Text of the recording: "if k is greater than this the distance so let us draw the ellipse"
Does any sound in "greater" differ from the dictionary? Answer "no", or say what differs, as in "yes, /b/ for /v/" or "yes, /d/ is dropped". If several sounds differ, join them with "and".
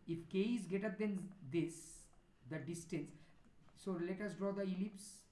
yes, /ɹ/ is dropped